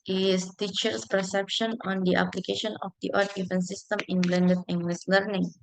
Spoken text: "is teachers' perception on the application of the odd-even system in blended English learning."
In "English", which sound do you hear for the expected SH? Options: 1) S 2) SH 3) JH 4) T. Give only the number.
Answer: 1